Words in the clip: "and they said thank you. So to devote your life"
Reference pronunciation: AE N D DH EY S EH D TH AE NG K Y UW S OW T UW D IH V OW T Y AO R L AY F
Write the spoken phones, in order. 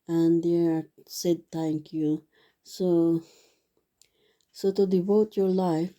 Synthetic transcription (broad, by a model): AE N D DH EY S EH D T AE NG K Y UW S OW T UW D IH V OW T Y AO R L AY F